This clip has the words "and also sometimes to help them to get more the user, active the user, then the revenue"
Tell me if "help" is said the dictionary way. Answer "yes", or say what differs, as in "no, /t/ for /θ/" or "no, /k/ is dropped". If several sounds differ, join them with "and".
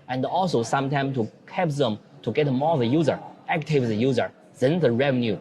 no, /l/ is dropped